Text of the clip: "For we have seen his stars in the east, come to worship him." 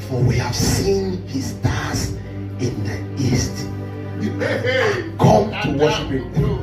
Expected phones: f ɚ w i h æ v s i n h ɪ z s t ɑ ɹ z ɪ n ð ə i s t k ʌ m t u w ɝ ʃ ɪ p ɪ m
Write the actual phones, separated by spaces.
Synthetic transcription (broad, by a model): f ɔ w i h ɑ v s i n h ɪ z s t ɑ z ɪ n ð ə i s t k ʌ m t u w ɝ ʃ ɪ p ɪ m